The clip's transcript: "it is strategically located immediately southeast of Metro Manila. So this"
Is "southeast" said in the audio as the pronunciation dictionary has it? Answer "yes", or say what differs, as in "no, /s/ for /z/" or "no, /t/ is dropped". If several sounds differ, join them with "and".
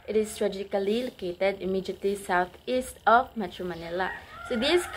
no, /t/ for /θ/